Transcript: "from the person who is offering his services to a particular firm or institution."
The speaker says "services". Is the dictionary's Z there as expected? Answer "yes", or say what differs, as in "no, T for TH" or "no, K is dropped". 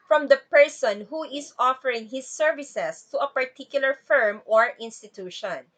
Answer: no, S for Z